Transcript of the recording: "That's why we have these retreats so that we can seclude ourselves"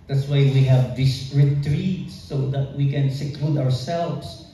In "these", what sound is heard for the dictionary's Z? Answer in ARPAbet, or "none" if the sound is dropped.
S